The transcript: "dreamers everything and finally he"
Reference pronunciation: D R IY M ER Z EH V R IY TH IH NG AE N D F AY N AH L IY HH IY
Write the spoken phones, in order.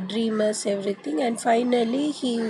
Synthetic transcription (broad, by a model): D R IY M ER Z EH V R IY T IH NG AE N D F AY N AH L IY HH IY